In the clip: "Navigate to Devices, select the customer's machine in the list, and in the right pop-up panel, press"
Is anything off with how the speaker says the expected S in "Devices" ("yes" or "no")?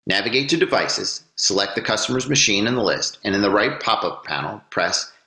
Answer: no